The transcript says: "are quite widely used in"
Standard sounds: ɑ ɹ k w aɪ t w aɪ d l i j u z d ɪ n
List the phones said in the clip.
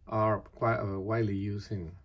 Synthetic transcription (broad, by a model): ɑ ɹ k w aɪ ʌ w aɪ d l i j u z ɪ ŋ